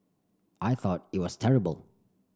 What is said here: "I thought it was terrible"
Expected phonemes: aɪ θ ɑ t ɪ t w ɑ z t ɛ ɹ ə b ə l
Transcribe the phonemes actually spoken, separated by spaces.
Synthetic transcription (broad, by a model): aɪ θ ɑ t ɪ t w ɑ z t ɛ ɹ ə b ə l